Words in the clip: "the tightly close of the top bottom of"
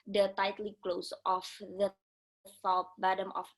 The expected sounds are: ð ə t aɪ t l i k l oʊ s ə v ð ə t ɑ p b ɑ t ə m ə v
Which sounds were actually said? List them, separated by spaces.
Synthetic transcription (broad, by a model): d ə t aɪ t l i k l oʊ s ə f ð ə s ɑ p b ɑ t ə m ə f